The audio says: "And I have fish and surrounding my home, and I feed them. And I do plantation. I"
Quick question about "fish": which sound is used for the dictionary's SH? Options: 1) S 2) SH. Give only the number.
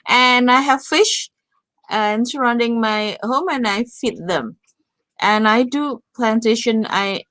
2